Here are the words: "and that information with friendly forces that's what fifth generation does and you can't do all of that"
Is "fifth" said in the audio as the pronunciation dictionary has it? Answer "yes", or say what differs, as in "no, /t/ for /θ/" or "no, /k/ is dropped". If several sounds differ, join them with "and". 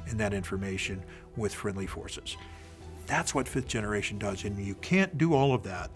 yes